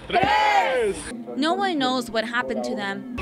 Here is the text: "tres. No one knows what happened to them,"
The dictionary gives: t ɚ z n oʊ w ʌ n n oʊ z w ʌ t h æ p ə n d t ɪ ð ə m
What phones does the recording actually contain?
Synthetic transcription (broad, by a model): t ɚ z n oʊ w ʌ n n oʊ z w ʌ t h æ p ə n t ɪ ð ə m